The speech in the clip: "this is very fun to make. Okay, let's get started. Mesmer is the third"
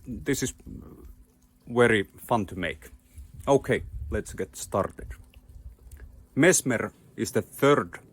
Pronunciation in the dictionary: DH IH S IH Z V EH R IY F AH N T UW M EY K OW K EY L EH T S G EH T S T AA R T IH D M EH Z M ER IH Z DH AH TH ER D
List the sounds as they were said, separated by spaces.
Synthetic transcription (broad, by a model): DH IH S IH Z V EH R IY F AH N T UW M EY K OW K EY L EH T S G EH T S T AA R T IH D M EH S M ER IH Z DH AH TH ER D